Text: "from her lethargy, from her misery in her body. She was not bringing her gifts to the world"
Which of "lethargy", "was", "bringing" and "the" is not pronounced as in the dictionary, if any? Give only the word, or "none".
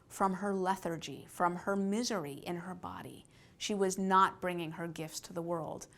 none